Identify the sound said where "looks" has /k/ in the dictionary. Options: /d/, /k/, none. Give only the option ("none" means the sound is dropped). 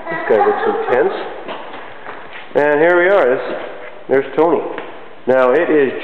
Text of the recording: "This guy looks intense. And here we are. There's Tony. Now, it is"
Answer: none